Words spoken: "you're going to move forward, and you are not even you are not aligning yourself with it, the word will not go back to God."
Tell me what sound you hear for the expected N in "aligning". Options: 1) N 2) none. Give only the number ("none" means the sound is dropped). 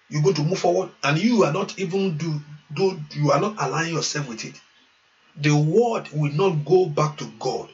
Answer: 2